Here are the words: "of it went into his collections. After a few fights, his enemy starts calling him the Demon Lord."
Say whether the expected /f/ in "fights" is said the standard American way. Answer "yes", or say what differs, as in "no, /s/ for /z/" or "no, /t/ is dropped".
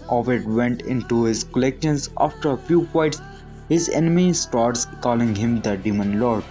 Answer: no, /p/ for /f/